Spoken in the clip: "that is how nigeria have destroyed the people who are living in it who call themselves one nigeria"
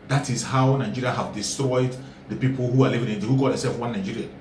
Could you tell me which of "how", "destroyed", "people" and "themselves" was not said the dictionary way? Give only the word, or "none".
themselves